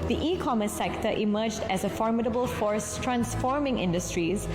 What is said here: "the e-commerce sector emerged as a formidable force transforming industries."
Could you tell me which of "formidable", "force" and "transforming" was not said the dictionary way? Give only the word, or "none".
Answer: none